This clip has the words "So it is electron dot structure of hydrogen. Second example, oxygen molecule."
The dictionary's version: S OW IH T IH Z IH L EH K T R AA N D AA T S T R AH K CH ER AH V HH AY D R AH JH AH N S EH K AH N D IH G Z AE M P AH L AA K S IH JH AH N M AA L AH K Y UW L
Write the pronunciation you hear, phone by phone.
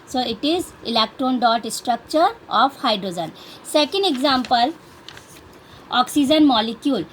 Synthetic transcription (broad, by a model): S OW IH T IH Z IH L EH K T R AA N D AA T S T R AH K CH ER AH F HH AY D R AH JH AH N S EH K AH N D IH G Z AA M P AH L AA K S IH JH AH N M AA L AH K Y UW L